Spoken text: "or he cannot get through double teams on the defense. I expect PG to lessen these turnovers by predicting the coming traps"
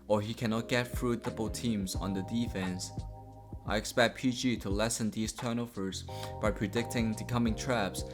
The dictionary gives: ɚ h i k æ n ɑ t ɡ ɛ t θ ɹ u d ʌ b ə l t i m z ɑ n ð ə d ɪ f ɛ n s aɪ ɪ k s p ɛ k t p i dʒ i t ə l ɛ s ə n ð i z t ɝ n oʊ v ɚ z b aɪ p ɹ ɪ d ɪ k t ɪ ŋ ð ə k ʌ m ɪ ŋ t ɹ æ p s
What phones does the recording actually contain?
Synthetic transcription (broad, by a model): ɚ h i k æ n ɑ t ɡ ɛ t f ɹ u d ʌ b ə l t i m z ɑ n ð ə d ɪ f ɛ n s aɪ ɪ k s p ɛ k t p i dʒ i t ə l ɛ s ə n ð i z t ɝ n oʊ f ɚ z b aɪ p ɹ ɪ d ɪ k t ɪ ŋ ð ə k ʌ m ɪ ŋ t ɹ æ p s